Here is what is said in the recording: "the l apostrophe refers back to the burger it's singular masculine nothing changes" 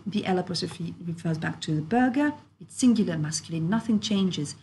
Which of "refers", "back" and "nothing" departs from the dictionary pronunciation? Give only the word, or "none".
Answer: none